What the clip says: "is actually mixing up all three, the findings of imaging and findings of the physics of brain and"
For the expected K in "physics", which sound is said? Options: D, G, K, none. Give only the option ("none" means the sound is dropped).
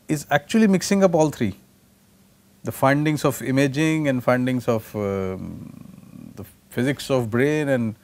K